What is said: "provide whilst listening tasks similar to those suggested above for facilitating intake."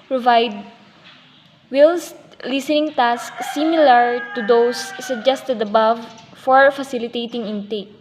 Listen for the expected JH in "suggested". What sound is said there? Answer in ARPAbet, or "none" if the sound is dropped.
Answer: JH